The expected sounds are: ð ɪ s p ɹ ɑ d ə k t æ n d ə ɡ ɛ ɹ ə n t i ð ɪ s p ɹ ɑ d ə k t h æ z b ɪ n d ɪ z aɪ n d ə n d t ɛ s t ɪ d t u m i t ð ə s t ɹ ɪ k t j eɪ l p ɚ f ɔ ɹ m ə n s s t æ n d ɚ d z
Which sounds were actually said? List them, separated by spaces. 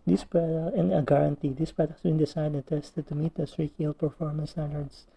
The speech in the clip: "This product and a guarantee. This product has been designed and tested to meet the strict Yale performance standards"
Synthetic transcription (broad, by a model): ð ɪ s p ɹ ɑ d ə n ə ɡ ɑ ɹ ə n t i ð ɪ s p ɹ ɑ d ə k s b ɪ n d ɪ s aɪ d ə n t ɛ s t ɪ d t u m i t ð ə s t ɹ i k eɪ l p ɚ f ɔ ɹ m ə n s s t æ n d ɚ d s